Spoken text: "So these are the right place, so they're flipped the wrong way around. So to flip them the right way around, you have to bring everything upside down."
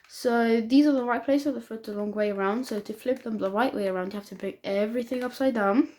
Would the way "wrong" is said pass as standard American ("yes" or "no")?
no